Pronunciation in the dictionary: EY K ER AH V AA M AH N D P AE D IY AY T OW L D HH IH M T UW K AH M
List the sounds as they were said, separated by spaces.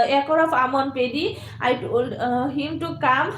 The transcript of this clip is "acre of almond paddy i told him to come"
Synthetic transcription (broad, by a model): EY K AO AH P AA M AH N P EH D IY AY T OW L D HH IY M T UW K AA M